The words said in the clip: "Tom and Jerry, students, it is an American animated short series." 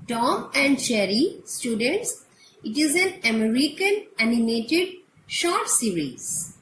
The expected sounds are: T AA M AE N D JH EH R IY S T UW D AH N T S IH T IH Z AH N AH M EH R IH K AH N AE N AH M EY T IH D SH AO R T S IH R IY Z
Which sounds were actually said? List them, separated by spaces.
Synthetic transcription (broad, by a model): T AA M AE N D CH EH R IY S T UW D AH N T S IH T IH Z AH N AH M EH R IH K AH N AE N AH M EY T IH D SH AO R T S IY R IY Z